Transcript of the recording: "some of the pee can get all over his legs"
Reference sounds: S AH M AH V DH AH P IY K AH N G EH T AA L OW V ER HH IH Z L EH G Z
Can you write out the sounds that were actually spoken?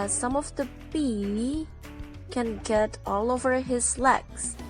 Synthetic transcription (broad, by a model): S AH M AH V DH AH B IY K AH N G EH T AA L OW V ER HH IH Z L EH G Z